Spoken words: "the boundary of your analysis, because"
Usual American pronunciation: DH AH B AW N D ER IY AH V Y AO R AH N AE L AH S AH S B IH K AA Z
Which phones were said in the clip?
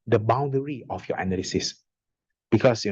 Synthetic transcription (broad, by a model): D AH B AW N D ER IY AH F Y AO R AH N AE L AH S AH S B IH K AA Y